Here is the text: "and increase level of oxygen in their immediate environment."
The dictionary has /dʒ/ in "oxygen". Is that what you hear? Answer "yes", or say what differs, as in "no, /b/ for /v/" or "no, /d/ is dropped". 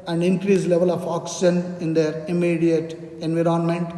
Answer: no, /ʃ/ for /dʒ/